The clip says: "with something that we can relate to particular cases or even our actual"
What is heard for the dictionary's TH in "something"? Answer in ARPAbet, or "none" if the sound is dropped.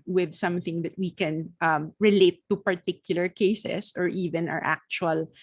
TH